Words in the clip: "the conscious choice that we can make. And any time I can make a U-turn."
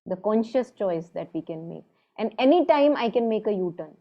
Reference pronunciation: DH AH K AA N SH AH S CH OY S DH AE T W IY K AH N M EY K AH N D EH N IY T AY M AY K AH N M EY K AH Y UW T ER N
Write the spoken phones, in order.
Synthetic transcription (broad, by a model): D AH K AA N SH AH S CH OY S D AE T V IY K AH N M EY K AH N D EH N IY T AY M AY K AH N M EY K AH Y UW T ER N